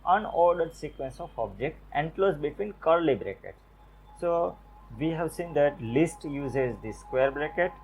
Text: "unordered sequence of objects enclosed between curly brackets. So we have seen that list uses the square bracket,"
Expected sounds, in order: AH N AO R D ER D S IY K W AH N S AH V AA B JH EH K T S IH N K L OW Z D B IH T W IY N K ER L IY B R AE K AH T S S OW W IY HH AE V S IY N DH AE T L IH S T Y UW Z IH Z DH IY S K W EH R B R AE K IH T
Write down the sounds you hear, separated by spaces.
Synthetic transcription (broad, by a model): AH N AO R D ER D S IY K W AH N S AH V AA B JH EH K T IH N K L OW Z B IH T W IY N K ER L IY B R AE K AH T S S OW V IY HH AE V S IY N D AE T L IH S T Y UW Z IH Z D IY S K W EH R B R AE K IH T